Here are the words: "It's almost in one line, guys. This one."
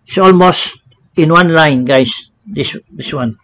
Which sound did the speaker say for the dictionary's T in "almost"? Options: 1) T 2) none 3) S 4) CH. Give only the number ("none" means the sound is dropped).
1